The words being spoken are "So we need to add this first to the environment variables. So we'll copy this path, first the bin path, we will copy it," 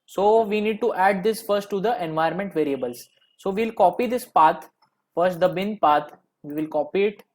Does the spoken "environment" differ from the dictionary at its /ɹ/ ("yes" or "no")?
yes